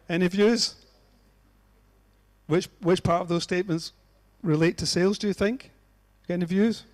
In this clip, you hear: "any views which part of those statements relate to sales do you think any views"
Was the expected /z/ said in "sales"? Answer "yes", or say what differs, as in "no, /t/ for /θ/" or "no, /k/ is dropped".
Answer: yes